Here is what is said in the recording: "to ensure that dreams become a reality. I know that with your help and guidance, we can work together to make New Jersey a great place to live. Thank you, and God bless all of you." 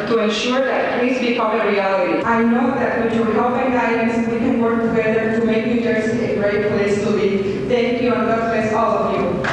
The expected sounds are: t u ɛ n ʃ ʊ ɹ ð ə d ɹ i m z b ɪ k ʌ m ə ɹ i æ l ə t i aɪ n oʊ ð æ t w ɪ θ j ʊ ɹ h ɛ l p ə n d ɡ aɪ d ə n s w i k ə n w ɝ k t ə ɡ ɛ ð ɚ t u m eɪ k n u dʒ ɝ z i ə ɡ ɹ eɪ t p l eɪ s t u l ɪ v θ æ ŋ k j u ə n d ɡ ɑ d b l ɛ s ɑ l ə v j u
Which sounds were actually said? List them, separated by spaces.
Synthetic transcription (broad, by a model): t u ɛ n ʃ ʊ ɹ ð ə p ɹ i z b ɪ k ʌ m ə ɹ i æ l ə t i aɪ n oʊ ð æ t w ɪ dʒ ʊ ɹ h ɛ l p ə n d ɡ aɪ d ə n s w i k ə n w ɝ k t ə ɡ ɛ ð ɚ t u m eɪ k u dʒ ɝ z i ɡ ɹ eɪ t p l eɪ s t u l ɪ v t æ ŋ k j u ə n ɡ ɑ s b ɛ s ɑ l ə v j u